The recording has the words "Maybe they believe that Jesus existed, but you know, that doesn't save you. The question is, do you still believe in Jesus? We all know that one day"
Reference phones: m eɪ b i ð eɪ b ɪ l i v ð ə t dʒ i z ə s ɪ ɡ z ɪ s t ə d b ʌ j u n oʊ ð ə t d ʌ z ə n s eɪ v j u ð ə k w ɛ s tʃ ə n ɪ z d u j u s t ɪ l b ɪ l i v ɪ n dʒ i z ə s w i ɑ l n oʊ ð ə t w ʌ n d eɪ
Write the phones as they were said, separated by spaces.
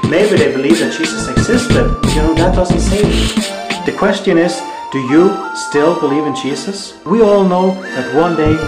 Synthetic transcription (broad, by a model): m eɪ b i ð eɪ b ɪ l i v ð ə t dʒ i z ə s ɪ ɡ z ɪ s t ə d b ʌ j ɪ n oʊ ð ə t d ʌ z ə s eɪ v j ð ə k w ɛ s tʃ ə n ɪ z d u j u s t ɪ l b ɪ l i v ɪ n dʒ i z ə s w i ɑ l n oʊ ð ə t w ʌ n d eɪ